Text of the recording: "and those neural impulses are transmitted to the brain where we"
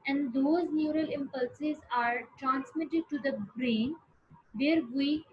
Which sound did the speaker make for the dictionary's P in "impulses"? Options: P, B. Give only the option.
P